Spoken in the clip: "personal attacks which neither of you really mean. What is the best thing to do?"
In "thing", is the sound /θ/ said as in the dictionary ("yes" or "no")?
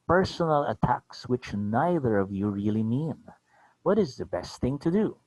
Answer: yes